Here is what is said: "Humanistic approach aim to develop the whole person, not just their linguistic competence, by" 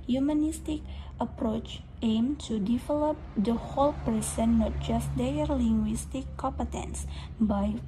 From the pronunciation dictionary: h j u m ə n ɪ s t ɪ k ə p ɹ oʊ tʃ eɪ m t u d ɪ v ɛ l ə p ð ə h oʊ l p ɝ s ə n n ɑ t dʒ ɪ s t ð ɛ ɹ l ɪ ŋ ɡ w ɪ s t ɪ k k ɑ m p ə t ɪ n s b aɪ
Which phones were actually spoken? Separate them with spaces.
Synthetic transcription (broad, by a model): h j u m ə n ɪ s t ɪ k ə p ɹ oʊ tʃ eɪ m t u d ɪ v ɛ l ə p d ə h oʊ l p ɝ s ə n n ɑ t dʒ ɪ s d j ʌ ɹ l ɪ ŋ ɡ w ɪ s t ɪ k k ɑ m p ə t ɪ n s b aɪ